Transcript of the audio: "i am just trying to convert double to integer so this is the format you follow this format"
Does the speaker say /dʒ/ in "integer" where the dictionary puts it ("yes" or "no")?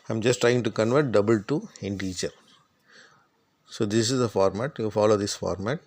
no